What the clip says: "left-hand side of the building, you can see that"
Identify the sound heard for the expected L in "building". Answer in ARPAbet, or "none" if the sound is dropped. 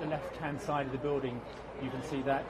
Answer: L